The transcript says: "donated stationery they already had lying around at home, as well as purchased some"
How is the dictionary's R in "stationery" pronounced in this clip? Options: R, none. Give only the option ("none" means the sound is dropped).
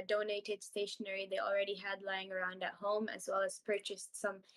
R